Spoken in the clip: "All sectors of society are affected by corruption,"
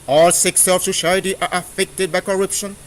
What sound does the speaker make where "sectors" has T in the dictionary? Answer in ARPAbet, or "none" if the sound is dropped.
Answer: S